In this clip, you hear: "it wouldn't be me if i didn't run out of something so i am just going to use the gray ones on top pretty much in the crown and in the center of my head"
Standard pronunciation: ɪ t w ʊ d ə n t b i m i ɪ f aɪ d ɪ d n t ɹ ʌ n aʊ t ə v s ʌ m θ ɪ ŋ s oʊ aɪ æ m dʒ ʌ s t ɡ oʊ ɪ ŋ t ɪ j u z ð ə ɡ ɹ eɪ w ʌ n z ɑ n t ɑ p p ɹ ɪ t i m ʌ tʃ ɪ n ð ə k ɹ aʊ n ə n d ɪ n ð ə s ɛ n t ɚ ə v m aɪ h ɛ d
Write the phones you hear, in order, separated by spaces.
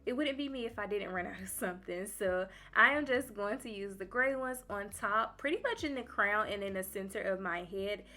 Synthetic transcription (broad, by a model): ɪ t w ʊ d n b i m i ɪ f aɪ d ɪ d n t ɹ ʌ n aʊ t ə v s ʌ m θ ɪ ŋ s oʊ aɪ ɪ m dʒ ʌ s ɡ oʊ ɪ ŋ t ɪ j u z ð ə ɡ ɹ eɪ w ʌ n z n t ɑ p p ɹ ɪ t i m ʌ tʃ ɪ n ð ə k ɹ aʊ n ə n ɪ n ð ə s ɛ n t ɚ ə v m aɪ h ɛ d